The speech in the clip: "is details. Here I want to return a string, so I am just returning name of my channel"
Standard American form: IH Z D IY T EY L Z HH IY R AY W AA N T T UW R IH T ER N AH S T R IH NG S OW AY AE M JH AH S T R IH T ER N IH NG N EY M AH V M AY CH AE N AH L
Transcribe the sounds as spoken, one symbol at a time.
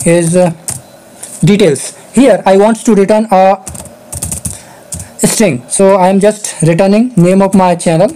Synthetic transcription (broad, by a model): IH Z D IY T EY L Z HH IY R AY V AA N T T UW R IH T ER N AH S T R IH NG S OW AY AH M JH AH S T R IH T ER N IH NG N EY M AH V M AY CH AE N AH L